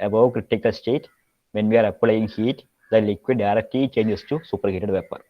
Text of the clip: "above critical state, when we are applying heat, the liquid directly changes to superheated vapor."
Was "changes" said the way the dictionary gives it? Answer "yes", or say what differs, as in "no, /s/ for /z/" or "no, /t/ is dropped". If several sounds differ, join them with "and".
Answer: no, /s/ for /z/